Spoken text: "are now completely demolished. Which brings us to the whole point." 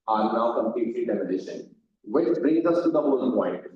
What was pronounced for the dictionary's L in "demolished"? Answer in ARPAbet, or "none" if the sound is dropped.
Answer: N